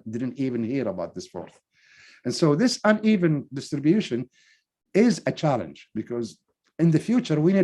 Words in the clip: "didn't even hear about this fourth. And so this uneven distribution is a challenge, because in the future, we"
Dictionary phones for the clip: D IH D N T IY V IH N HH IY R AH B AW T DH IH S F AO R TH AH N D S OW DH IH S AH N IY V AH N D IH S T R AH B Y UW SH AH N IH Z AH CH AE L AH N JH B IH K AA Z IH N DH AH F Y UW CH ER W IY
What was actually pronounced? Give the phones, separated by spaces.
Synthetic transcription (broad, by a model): D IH D N T IY V IH N HH IY R AH B AW T DH IH S F AO R TH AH N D S OW DH IH S AH N IY V AH N D IH S T R AH B Y UW SH AH N IH Z AH CH AE L AH N JH B IH K AA Z IH N DH AH F Y UW CH ER W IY